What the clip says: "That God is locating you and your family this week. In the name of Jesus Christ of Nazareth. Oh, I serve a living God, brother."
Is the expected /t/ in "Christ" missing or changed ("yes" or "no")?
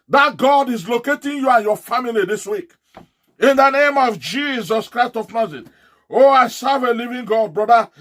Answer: no